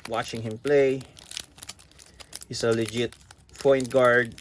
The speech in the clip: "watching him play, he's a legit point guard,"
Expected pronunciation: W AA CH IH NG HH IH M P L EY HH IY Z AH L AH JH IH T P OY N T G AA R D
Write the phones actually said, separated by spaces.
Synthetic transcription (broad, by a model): W AA CH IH NG HH IH M P L EY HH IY S AH L AH JH IH T F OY N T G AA R D